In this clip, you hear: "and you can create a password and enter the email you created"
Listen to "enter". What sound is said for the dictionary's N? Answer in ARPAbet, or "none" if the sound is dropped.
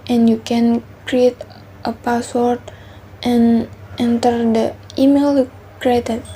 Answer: N